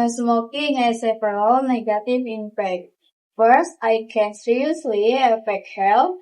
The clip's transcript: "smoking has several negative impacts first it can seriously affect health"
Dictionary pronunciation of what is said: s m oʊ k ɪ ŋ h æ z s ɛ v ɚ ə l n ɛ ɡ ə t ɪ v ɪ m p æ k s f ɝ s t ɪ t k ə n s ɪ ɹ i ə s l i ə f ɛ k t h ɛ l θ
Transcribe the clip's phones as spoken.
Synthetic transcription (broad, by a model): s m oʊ k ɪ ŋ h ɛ s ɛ p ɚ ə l n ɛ ɡ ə t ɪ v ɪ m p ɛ k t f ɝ s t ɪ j k ə n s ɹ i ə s l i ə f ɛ k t h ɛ l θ